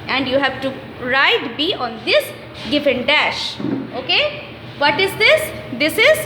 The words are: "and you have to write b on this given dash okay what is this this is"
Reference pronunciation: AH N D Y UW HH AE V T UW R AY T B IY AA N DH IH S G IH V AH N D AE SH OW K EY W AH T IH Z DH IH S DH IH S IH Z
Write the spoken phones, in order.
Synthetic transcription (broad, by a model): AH N D Y UW HH AE V T UW R AY T B IY AA N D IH S G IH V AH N D AE SH OW K EY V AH T IH Z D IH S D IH S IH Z